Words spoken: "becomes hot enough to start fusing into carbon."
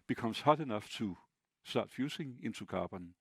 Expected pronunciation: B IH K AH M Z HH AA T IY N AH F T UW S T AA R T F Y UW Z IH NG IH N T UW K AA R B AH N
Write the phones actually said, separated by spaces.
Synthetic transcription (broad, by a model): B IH K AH M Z HH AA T IY N AH F T UW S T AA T F Y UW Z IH NG IH N T UW K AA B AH N